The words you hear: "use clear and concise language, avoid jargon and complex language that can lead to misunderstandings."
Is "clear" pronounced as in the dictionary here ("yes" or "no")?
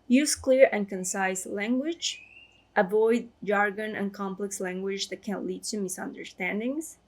yes